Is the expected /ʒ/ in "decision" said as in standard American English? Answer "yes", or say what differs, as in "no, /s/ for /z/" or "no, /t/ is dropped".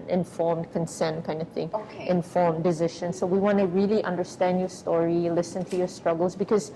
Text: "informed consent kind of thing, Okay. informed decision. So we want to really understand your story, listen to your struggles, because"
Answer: no, /ʃ/ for /ʒ/